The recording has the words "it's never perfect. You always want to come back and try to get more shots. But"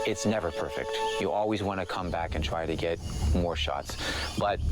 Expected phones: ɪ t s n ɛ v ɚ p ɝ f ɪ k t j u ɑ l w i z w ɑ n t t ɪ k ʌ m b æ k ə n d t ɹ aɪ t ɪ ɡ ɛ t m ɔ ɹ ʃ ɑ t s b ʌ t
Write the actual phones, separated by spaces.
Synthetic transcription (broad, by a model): ɪ t s n ɛ v ɚ p ɝ f ɪ k t j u ɑ l w i z w ɑ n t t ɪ k ʌ m b æ k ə n t ɹ aɪ t ɪ ɡ ɛ t m ɔ ɹ ʃ ɑ t s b ʌ t